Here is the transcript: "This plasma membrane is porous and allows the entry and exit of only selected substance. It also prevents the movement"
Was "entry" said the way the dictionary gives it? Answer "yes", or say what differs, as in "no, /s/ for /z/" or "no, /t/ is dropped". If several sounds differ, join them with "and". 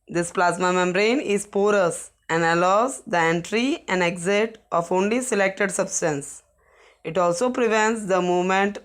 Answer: yes